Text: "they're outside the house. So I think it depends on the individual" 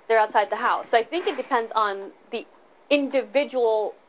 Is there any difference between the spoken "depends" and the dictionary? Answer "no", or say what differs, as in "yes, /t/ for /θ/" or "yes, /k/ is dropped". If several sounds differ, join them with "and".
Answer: no